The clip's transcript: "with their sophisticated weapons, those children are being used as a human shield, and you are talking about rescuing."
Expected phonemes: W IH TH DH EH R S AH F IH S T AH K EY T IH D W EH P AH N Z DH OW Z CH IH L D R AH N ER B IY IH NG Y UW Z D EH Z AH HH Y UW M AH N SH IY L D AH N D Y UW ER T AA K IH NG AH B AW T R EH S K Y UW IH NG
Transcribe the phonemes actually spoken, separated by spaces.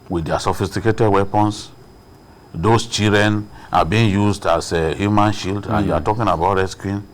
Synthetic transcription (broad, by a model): W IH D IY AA S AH F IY S T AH K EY T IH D W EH P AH N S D OW S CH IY D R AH N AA B IY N Y UW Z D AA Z AH HH Y UW M AH N SH IY L D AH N Y UW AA T AA K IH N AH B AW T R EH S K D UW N